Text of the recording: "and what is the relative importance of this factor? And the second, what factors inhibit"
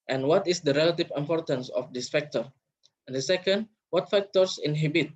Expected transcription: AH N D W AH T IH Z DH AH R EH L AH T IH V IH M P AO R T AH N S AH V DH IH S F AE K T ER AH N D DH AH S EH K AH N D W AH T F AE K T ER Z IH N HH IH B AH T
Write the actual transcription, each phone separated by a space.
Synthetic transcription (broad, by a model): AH N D W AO T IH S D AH R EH L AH T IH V IH M P AO R T AH N S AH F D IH S F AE K T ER AH N D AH S EH K AH N D W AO T F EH K T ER S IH N HH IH B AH T